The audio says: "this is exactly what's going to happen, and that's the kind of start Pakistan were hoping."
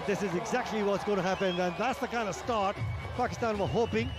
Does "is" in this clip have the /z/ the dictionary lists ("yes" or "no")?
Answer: yes